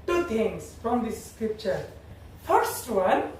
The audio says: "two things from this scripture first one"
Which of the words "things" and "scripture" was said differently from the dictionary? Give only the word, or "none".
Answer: things